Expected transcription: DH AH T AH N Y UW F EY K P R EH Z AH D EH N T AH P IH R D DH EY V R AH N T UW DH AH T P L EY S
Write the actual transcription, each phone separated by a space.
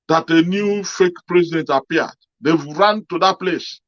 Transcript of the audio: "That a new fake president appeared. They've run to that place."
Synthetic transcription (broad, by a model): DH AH T AH N Y UW F EY K P R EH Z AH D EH N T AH P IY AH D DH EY W R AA N T UW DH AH T P L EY S